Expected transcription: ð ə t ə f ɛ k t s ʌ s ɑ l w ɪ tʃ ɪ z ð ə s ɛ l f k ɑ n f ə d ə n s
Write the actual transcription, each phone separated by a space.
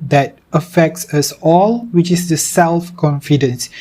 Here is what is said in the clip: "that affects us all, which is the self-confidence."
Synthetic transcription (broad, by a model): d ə t ə f ɛ k t s ʌ s ɑ l w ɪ tʃ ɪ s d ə s ɛ l f k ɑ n f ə d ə n s